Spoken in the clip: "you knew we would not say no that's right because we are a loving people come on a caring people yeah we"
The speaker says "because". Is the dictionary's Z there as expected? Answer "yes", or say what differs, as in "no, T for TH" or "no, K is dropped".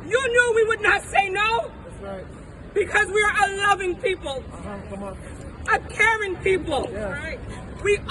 yes